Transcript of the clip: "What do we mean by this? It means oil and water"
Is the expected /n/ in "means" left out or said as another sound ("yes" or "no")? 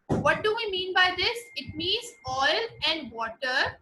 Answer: no